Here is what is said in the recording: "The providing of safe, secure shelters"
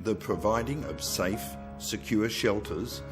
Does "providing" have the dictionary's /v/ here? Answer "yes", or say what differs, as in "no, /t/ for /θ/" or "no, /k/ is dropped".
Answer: yes